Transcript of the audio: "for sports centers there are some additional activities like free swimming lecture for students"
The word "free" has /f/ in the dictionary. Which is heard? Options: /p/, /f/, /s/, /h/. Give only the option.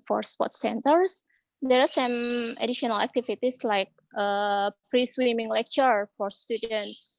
/p/